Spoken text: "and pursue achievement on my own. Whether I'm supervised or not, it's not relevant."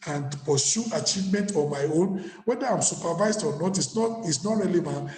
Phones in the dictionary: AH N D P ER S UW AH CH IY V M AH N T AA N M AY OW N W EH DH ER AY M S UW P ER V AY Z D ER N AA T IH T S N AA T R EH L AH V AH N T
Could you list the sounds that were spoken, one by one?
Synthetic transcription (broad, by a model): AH N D P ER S UW AH CH IY V M AH N T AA M AY OW N W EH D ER AY M S UW P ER V AY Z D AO N AA T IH S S N AA T R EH L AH V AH N T